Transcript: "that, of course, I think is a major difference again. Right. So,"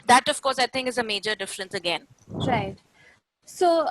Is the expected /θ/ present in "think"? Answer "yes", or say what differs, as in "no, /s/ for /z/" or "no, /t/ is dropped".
no, /t/ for /θ/